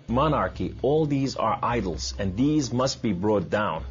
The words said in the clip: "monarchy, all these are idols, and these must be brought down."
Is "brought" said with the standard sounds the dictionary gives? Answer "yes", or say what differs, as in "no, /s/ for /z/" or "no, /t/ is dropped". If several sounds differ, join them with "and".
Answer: yes